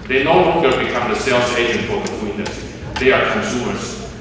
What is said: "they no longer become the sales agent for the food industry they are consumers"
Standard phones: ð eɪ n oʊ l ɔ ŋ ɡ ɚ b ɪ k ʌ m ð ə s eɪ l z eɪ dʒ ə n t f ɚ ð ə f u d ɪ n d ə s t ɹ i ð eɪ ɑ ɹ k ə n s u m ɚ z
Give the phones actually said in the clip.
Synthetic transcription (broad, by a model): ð eɪ n oʊ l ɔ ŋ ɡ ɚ b ɪ k ʌ m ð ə s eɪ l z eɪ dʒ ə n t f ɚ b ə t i ɪ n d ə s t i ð eɪ ɑ ɹ k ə n s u m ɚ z